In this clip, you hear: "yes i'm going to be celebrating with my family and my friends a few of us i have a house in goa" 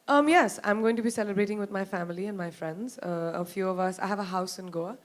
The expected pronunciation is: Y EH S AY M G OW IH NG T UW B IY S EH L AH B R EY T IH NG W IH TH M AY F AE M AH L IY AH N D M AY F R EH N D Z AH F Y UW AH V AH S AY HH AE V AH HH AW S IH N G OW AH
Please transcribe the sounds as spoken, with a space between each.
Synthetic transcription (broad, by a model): Y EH S AY M G OW IH NG T UW B IY S EH L AH B R EY T IH NG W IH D M AY F AE M AH L IY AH N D M AY F R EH N D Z AH F Y UW AH V AH S AY HH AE V AH HH AW S IH N G OW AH